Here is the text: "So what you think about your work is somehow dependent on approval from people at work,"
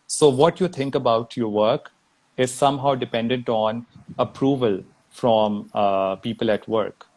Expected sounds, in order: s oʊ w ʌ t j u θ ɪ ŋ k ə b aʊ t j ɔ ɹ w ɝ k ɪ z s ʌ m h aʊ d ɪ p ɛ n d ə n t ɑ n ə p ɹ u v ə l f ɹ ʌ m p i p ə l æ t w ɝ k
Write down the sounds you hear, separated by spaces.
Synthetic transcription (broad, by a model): s oʊ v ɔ t j u t ɪ ŋ k ə b aʊ t j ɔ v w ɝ k ɪ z s ʌ m h aʊ d ɪ p ɛ n d ə n t ɑ n ə p ɹ u v ə l f ɹ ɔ m p i p ə l æ t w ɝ k